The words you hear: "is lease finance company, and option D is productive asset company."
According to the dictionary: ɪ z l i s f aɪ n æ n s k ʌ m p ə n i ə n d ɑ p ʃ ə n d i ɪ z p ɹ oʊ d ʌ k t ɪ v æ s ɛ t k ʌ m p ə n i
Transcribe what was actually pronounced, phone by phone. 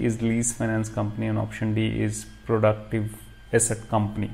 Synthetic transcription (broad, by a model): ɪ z l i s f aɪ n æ n s k ʌ m p ə n i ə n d ɑ p ʃ ə n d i ɪ z p ɹ oʊ d ʌ k t ɪ v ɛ s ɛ t k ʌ m p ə n i